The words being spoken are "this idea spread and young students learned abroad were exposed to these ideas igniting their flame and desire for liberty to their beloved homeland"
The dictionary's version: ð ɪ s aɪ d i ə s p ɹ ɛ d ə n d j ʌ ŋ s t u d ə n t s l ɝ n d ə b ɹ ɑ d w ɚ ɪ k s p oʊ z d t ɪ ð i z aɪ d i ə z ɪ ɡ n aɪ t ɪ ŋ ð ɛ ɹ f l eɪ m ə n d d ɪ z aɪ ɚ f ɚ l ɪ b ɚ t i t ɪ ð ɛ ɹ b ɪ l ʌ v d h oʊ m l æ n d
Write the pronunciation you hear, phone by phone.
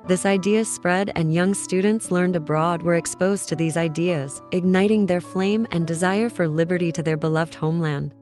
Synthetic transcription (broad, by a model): ð ɪ s aɪ d i ə s p ɹ ɛ d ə n j ʌ ŋ s t u d n t s l ɝ n d ə b ɹ ɑ d w ɚ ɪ k s p oʊ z t ɪ ð i z aɪ d i ə z ɪ ɡ n aɪ t ɪ ŋ ð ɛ ɹ f l eɪ m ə n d d ɪ z aɪ ɚ f ɚ l ɪ b ɚ t i t ɪ ð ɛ ɹ b ɪ l ʌ v d h oʊ m l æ n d